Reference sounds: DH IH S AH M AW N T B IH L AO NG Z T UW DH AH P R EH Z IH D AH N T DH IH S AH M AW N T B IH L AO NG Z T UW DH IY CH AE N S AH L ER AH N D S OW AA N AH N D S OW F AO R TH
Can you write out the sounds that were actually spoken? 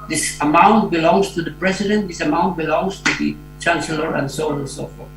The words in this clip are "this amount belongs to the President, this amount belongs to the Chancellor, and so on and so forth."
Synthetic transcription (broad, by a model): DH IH S AH M AW N T B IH L AO NG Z T UW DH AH P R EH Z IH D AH N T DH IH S AH M AW N T B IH L AO NG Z T UW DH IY CH AE N S AH L ER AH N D S OW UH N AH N S OW F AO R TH